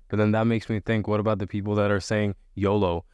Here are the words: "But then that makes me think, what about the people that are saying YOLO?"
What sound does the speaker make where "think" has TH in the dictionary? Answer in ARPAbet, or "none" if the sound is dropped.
TH